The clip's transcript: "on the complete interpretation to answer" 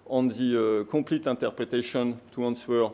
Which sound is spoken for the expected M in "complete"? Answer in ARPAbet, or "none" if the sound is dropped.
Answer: none